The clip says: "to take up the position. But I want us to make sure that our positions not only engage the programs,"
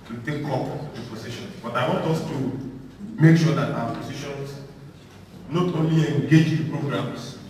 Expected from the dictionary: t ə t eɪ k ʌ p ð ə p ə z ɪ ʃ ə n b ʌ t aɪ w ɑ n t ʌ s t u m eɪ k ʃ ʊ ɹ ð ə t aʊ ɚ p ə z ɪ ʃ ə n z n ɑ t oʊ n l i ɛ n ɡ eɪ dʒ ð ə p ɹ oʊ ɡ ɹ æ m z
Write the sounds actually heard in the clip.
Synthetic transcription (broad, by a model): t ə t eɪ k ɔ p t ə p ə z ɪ ʃ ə n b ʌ t aɪ w ɑ n t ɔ s t u m eɪ k ʃ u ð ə t aʊ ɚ p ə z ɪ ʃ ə n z n ɑ t oʊ n l i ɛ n ɡ eɪ dʒ p ɹ oʊ ɡ ɹ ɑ m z